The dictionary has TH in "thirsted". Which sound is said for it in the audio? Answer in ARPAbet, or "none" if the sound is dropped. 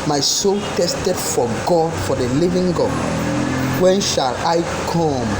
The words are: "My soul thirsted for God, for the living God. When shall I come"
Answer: T